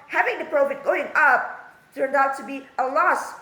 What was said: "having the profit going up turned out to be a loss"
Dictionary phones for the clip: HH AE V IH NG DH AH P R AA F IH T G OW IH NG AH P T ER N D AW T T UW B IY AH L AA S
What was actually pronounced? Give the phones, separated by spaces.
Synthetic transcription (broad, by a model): HH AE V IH NG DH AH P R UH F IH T G OW IH NG AH P T ER N D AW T T UW B IY AH L AA S